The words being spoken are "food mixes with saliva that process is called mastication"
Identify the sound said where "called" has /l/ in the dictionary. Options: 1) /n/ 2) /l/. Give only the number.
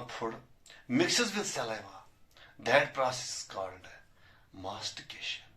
1